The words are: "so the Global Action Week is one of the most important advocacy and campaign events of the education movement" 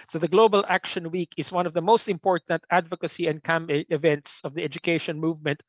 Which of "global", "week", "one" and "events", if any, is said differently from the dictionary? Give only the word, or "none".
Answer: none